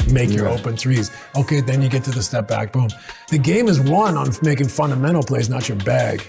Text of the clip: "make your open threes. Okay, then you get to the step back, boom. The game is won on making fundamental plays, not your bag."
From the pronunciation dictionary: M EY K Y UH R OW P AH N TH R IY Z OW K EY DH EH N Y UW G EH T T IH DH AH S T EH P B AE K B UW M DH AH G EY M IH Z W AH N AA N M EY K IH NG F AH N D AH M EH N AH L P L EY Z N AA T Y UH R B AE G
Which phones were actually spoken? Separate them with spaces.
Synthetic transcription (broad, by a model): M EY K Y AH R OW P AH N TH R IY Z OW K EY DH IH N Y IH G EH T T IH DH AH S T EH P B AE K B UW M DH AH G EY M IH Z W AH N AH N M EY K IH NG F AH N D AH M EH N L P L EY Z N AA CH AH R B AE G